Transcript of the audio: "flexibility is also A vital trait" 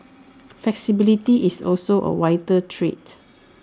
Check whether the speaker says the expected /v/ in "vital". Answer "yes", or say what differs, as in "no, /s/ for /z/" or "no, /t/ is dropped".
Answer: no, /w/ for /v/